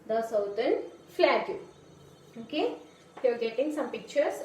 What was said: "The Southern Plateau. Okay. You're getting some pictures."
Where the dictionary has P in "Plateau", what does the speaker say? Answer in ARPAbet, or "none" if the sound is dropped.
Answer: F